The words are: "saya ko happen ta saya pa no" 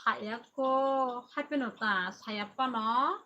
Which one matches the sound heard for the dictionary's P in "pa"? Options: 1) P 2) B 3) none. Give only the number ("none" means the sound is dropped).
1